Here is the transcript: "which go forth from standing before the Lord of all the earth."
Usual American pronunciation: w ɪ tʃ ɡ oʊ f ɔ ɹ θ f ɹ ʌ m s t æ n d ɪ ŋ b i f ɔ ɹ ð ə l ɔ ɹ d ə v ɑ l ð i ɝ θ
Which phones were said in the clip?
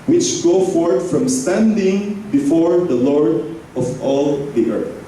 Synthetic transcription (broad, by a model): w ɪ tʃ ɡ oʊ f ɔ ɹ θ f ɹ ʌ m s t æ n d ɪ ŋ b i f ɔ ɹ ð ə l ɔ ɹ d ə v ɑ l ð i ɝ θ